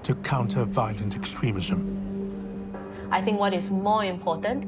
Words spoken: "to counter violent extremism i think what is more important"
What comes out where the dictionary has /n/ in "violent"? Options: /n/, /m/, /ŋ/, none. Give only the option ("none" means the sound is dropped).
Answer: /n/